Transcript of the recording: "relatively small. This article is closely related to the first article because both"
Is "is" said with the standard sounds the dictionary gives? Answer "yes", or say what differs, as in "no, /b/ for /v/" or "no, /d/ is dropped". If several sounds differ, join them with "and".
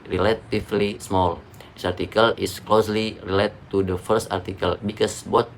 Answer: no, /s/ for /z/